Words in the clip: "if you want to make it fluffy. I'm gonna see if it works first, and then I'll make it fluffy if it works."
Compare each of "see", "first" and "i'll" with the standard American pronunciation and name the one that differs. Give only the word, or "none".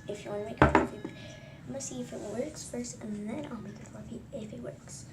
first